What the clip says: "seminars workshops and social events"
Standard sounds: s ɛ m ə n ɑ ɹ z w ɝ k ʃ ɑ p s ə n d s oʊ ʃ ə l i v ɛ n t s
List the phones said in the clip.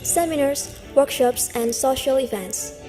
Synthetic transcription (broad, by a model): s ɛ m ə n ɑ ɹ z w ɝ k ʃ ɑ p s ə n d s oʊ ʃ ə l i v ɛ n t s